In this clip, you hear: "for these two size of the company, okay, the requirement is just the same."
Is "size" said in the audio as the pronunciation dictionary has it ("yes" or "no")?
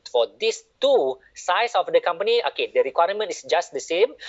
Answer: no